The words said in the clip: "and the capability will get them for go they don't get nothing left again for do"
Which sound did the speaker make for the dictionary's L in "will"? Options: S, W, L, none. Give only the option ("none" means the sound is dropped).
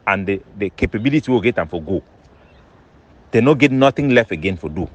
W